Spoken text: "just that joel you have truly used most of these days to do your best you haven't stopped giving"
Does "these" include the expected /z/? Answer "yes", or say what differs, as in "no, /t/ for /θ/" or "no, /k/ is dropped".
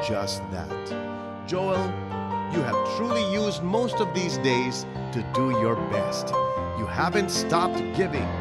yes